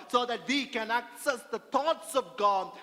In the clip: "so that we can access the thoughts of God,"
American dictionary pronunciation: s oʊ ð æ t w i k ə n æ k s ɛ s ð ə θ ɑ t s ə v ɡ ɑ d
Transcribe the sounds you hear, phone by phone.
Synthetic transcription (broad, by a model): s oʊ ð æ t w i k ə n æ k s ɛ s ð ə t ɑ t s ə v ɡ ɑ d